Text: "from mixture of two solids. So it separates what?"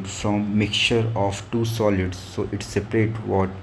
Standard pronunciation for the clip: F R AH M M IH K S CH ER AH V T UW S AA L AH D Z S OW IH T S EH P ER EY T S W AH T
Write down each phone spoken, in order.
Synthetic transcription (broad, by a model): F R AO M M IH K CH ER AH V T UW S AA L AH D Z S OW IH T S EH P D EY T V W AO T